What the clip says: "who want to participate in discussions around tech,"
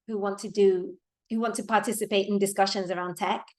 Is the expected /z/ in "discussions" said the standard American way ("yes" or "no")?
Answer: yes